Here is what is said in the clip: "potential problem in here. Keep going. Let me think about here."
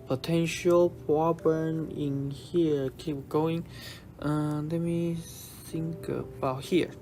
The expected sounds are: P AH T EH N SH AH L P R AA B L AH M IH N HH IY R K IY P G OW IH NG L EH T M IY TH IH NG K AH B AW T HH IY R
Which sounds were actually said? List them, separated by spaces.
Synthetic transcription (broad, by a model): P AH T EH N SH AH L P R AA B AH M IH N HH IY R K IY P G OW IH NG L EH T M IY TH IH NG K AH B AW T HH IY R